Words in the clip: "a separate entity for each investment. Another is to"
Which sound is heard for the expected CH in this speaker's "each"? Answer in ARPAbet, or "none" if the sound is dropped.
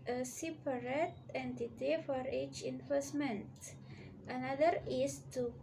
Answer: CH